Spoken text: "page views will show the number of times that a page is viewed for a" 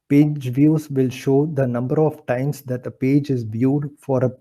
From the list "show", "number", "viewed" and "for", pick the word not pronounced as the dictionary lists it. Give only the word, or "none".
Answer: none